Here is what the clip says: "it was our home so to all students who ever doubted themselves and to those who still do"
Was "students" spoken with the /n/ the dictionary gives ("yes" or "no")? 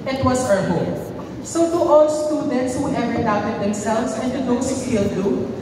yes